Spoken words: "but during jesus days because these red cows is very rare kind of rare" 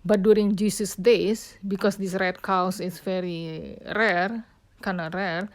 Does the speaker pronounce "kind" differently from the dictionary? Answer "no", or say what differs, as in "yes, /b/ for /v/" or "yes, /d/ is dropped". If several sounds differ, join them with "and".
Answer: yes, /d/ is dropped